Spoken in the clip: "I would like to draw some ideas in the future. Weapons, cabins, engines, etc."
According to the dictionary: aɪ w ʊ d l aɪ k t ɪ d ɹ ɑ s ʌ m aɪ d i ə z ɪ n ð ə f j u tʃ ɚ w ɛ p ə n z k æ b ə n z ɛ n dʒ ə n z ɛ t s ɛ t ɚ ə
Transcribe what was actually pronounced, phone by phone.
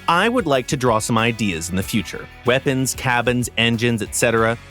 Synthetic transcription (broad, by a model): aɪ w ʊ d l aɪ k t ɪ d ɹ ɑ s ʌ m aɪ d i ə z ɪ n ð ə f j u tʃ ɚ w ɛ p ə n z k æ b ə n z ɛ n dʒ ə n z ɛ t s ɛ t ɚ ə